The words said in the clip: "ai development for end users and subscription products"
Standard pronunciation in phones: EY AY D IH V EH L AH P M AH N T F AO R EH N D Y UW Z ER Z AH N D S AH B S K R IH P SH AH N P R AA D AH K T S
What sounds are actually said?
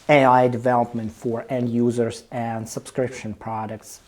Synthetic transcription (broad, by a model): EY AY D IH V EH L AH P M AH N T F AO R EH N D Y UW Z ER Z AH N D S AH B S K R IH P SH AH N P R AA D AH K T S